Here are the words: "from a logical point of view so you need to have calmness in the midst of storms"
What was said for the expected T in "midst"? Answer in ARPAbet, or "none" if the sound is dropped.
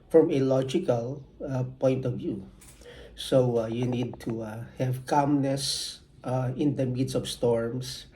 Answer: none